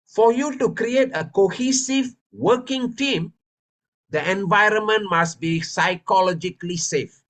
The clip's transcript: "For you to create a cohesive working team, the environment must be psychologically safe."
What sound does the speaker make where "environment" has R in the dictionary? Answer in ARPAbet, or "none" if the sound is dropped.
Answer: R